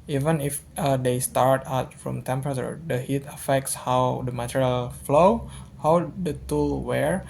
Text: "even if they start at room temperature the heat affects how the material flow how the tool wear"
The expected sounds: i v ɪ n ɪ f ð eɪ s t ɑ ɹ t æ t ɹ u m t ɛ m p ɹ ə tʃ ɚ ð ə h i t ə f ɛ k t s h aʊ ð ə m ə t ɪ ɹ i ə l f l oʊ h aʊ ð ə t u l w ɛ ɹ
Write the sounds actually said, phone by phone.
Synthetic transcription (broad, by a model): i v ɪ n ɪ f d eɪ s t ɑ ɹ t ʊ t ɹ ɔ m t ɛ m p ɹ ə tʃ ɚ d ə h i t ə f ɛ k t s h aʊ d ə m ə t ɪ ɹ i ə l f l oʊ h aʊ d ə t u l w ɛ ɹ